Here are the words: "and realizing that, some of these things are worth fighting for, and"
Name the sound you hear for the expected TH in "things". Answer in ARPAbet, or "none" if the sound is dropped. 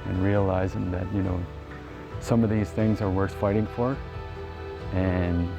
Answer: TH